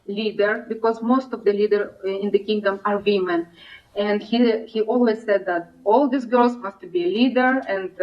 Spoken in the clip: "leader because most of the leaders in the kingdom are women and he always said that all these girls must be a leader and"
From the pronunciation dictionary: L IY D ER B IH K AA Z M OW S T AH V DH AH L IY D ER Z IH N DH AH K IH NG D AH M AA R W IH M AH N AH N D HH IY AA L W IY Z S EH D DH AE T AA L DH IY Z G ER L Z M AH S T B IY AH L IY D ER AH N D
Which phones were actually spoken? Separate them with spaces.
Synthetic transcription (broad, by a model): L IY D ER B IH K AA Z M OW S T AH V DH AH L IY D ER IH N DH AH K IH NG D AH M AA R W IH M AH N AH N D HH IY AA L W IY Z S EH D DH AE T AA L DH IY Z G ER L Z M AH S T B IY AH L IY D ER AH N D